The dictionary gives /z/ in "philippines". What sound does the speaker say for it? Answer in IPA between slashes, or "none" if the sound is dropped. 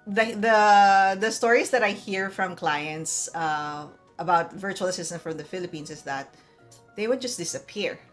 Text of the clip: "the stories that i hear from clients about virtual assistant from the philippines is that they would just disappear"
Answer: /s/